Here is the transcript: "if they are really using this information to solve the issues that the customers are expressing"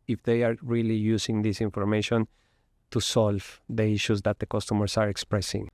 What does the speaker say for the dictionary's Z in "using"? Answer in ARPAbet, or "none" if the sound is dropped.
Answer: S